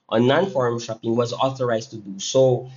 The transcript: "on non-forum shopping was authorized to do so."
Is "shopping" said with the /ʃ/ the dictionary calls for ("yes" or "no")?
yes